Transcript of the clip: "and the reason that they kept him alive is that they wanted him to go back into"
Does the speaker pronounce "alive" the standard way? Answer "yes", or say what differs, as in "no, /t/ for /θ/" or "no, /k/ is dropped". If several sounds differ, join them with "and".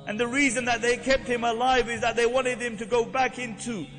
yes